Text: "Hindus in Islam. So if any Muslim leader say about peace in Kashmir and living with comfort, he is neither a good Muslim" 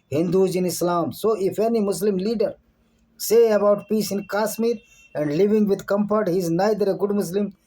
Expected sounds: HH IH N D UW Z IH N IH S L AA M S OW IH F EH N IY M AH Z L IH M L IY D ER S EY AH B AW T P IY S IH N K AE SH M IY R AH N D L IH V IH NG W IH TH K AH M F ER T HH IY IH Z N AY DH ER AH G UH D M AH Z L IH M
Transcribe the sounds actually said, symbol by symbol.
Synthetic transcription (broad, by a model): HH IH N D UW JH IH N IH S L AA M S OW IH F EH N IY M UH S L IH M L IY D ER S EY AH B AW T P IY S IH N K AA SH M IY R AH N D L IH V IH NG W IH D K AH M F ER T HH IY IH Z N AY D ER AH G UH D M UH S L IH M